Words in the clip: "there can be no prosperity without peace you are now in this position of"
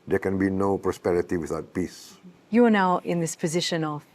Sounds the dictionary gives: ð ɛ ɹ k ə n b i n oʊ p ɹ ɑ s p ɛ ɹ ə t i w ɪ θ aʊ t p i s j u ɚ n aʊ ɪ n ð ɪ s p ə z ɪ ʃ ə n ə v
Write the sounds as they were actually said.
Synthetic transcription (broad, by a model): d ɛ k ə n b i n oʊ p ɹ ɑ s p ɛ ɹ ə t i w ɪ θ aʊ t p i s j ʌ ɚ n aʊ ɪ n ð ɪ s p ə z ɪ ʃ ə n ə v